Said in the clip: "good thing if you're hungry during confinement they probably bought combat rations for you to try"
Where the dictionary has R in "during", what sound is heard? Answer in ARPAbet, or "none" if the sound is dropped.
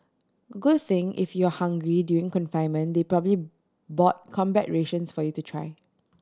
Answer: none